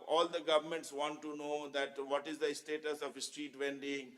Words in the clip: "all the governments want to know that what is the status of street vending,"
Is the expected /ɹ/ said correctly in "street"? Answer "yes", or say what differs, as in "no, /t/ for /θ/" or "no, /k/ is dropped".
yes